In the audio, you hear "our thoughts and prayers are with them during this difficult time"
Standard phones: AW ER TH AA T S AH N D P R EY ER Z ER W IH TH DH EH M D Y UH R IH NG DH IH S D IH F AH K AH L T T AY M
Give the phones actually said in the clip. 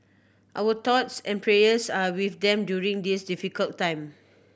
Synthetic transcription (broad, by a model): AW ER T AA T S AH N P R EY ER S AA W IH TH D EH M D Y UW R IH NG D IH S D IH F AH K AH L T T AY M